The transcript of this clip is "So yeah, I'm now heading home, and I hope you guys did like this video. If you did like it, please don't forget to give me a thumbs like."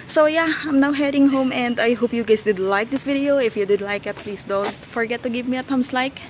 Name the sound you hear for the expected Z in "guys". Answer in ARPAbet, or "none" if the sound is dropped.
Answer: S